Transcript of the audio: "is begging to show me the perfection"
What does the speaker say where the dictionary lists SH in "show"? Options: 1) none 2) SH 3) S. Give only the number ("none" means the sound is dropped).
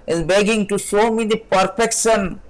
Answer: 3